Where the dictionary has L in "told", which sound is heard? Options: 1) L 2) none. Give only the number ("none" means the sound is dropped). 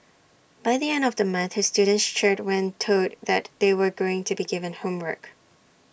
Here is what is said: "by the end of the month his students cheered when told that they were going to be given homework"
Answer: 2